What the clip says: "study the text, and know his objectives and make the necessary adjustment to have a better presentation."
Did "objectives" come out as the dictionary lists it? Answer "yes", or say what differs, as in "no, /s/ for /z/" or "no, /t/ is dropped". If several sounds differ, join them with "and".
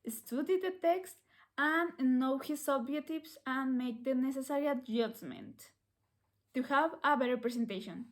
no, /dʒ/ is dropped